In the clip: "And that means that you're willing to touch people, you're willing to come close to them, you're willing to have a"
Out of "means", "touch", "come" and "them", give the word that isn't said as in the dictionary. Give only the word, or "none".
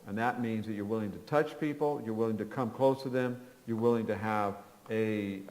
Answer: none